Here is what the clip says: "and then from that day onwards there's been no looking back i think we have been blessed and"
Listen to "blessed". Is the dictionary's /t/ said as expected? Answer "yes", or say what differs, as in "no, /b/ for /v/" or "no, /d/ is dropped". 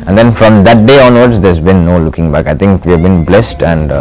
yes